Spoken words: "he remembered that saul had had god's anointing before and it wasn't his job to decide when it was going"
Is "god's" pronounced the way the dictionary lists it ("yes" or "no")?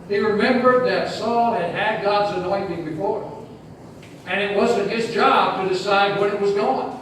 yes